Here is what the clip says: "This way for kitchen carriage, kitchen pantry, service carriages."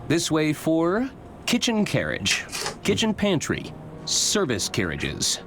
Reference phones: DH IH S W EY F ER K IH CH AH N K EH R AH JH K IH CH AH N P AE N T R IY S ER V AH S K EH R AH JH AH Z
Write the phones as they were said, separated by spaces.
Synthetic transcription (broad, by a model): DH IH S W EY F ER K IH CH AH N K EH R AH JH K IH CH AH N P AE N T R IY S ER V AH S K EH R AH JH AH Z